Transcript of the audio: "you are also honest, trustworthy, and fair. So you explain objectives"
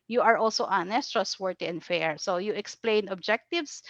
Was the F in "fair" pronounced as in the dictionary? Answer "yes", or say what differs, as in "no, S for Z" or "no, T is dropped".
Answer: yes